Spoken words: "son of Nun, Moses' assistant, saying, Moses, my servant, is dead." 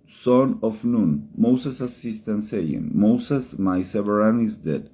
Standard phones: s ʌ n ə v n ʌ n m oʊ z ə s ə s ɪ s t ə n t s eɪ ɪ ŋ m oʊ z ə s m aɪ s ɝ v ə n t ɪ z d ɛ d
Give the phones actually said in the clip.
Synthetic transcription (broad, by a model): s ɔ n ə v n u n m oʊ s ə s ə s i s t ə n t s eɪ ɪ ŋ m oʊ s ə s m aɪ s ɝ ə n ɪ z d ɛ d